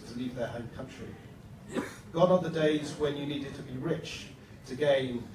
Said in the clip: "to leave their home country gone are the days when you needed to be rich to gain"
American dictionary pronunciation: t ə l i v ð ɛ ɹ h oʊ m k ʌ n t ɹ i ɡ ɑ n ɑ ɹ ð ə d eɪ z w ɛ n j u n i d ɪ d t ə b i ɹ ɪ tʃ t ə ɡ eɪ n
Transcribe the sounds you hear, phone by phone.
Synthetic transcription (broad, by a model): t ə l i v ð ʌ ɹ h oʊ m k ʌ n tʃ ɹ i ɡ ɑ n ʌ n ð ə d eɪ z w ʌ n j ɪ n i d ɪ d t ə b i ɹ ɪ tʃ t ə ɡ eɪ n